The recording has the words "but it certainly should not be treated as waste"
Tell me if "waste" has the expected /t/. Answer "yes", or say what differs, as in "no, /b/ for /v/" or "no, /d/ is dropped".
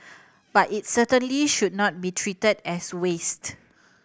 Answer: yes